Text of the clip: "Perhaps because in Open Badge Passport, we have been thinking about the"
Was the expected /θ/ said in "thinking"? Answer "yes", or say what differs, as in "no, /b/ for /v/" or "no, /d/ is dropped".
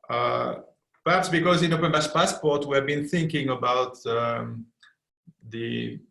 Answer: yes